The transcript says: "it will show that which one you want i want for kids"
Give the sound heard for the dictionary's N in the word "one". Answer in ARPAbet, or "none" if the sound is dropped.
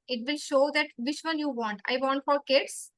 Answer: L